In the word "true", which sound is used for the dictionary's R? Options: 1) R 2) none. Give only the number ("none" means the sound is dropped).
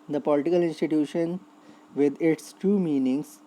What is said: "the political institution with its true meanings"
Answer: 2